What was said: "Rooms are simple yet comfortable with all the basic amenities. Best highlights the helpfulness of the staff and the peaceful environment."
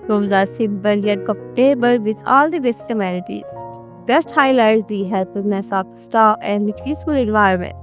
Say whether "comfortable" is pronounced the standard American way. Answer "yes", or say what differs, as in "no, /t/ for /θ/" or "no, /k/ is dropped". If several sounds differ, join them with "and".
no, /m/ is dropped